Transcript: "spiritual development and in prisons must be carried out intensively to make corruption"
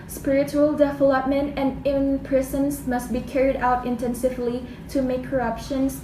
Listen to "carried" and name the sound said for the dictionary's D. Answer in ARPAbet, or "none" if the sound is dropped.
D